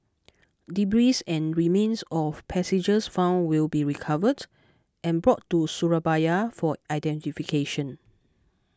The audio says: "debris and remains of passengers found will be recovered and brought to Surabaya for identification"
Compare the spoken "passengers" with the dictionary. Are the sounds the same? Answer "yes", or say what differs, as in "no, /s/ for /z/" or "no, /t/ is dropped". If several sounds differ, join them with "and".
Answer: no, /n/ is dropped and /s/ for /z/